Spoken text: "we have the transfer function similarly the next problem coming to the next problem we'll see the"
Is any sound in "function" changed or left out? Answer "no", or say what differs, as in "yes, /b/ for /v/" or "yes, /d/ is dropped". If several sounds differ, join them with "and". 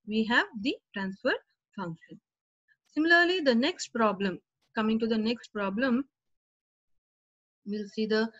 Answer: no